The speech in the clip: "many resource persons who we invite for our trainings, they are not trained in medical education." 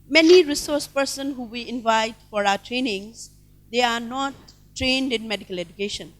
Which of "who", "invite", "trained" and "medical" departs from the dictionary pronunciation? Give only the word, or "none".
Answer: none